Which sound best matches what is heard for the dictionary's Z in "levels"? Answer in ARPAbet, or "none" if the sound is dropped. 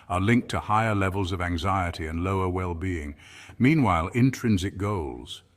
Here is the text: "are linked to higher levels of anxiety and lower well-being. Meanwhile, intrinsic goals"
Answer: Z